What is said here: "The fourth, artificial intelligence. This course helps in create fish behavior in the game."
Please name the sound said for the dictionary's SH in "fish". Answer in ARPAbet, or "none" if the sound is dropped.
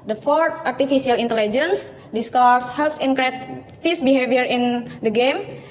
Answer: S